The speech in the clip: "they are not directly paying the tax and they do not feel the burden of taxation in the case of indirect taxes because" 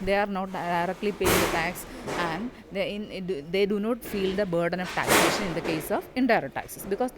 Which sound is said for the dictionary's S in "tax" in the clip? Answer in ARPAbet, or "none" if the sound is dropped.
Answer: S